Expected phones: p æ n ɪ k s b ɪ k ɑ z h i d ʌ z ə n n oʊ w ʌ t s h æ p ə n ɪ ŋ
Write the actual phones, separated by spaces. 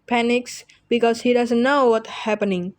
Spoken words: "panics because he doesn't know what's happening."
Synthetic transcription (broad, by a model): p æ n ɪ k s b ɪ k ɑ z h i d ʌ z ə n n oʊ w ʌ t h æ p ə n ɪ ŋ